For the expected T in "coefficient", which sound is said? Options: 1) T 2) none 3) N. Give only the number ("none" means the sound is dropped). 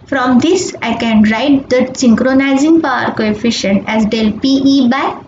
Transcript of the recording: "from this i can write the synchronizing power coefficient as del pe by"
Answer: 1